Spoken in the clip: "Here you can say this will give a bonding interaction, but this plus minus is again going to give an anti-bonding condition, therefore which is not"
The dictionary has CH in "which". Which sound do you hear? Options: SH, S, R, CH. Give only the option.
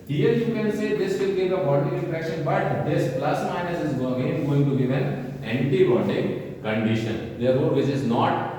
S